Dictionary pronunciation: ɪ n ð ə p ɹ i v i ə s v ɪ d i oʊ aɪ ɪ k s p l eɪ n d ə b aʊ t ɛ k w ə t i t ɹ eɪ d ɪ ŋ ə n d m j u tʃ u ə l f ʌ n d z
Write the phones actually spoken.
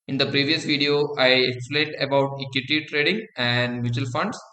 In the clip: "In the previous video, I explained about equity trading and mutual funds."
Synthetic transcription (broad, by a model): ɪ n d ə p ɹ i v i ə s v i d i oʊ aɪ ɪ k s p l eɪ n d ə b aʊ t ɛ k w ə t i t ɹ eɪ d ɪ ŋ ə n d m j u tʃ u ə l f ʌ n d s